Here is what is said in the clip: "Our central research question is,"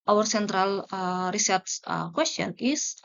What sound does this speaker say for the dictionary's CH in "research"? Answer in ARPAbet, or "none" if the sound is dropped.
S